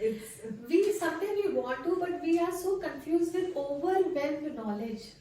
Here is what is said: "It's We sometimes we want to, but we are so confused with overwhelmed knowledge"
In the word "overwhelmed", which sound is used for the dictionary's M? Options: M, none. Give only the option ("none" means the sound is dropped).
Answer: none